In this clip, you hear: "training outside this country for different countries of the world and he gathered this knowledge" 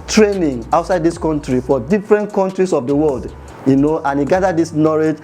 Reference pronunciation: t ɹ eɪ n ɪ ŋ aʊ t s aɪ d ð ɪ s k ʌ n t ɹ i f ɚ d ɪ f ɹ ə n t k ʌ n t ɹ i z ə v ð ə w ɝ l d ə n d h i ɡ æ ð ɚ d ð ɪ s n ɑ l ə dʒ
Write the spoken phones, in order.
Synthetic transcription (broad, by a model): t ɹ eɪ n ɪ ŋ aʊ t s aɪ d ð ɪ s k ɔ n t ɹ i f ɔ d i f ɹ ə n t k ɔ n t ɹ i s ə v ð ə w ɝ l d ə n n h i ɡ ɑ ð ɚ d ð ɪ s n ɑ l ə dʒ